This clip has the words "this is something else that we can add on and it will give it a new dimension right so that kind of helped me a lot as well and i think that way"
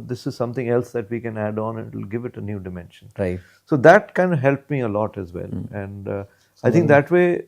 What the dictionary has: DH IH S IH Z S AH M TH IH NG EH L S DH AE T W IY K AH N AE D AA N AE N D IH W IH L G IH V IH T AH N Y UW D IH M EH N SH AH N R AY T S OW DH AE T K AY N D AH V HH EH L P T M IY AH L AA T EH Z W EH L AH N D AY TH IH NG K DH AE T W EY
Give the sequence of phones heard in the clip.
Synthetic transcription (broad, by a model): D IH S IH Z S AH M T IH NG EH L S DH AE T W IY K AH N AE D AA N N IH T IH L G IH V IH T AH N Y UW D IH M EH N SH AH N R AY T S OW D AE T K AY N D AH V HH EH L P M IY AH L AA T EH Z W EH L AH N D AY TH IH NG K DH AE T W EY